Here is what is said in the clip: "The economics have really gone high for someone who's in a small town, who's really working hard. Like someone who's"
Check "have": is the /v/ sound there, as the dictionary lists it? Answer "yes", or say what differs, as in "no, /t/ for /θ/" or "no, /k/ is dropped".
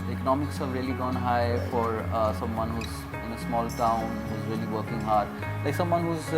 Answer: no, /b/ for /v/